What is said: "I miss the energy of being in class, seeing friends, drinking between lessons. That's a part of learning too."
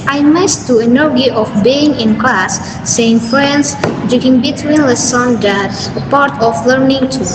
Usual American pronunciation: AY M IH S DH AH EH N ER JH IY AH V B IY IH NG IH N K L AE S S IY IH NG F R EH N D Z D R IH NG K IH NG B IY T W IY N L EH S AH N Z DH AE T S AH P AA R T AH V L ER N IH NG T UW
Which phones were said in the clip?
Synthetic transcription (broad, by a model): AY M IH S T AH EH N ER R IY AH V B IY IH NG IH N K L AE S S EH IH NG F R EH N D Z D IH K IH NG B IY T W IY N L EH S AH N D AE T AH P AA R T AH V L ER N IH NG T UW